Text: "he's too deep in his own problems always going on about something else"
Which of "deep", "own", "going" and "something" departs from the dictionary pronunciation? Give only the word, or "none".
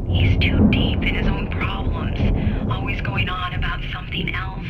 none